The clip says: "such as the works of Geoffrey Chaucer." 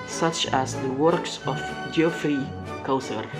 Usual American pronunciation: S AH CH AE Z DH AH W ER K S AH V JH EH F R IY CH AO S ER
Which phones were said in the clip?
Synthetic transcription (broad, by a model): S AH CH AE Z DH AH W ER K S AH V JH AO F IY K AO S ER